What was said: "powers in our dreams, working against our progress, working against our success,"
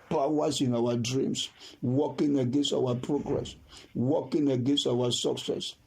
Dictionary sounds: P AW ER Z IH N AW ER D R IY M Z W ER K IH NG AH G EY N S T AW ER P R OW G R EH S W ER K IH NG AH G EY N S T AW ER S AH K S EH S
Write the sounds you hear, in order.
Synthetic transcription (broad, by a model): P AW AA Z IH N AW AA D R IY M S W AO K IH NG AH G EY N S T AW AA P R OW G R EH S W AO K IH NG AH G EY N S T AW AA S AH K S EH S